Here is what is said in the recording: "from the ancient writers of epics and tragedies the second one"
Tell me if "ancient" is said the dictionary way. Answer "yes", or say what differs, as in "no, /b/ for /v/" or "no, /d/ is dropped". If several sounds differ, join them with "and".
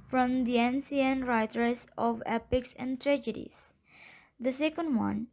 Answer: no, /s/ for /ʃ/